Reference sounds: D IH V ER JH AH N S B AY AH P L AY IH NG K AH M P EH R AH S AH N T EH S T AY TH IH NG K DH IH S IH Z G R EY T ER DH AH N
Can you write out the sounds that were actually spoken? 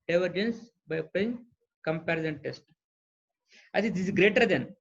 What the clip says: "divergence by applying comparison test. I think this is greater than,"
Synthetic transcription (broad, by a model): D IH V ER JH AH N S B AY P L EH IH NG K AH M P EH R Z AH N T EH S T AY S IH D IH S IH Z G R EY T ER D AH N